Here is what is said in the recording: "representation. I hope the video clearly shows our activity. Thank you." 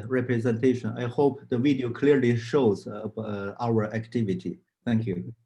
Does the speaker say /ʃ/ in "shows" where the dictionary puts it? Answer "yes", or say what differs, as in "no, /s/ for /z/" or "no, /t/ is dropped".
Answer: yes